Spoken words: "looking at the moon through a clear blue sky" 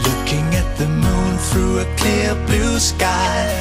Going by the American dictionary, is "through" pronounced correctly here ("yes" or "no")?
yes